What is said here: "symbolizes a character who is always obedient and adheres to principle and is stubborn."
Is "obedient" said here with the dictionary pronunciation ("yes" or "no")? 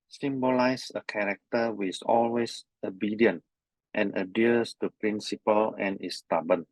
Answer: yes